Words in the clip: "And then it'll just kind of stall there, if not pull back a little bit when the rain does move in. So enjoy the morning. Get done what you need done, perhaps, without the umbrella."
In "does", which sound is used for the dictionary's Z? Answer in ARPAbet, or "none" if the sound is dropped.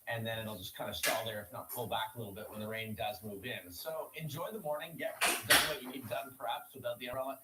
Z